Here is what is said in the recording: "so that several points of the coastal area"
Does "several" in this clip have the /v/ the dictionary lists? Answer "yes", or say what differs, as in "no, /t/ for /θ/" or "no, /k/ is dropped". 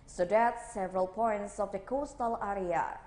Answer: yes